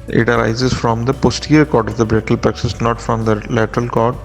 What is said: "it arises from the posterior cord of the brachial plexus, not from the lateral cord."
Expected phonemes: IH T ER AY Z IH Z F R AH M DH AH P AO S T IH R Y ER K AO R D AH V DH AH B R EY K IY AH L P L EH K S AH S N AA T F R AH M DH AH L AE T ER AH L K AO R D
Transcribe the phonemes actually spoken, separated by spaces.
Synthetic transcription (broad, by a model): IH T ER AY Z IH Z F R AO M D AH P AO S T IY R K AO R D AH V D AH B R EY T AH L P EH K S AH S N AA T F R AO M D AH L AE T ER AH L K AO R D